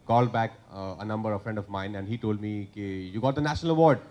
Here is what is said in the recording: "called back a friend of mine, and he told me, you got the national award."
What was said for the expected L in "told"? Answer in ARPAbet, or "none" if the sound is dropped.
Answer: L